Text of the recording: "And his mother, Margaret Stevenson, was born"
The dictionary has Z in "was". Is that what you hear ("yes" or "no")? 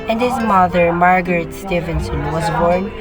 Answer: yes